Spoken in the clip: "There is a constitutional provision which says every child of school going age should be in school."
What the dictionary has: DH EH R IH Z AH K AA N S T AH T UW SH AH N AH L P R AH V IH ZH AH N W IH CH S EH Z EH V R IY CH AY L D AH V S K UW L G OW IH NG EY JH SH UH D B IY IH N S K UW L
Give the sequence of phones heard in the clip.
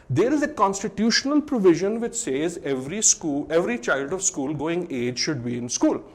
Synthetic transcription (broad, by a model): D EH R IH Z AH K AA N S T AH T UW SH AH N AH L P R AH V IH ZH AH N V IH CH S EH Z EH V R IY CH AY L D AH V S K UW L G OW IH NG EY JH SH UH D B IY IH N S K UW L